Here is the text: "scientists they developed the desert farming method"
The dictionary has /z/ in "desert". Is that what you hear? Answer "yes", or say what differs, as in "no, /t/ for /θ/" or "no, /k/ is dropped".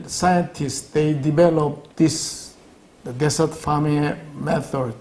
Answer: no, /s/ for /z/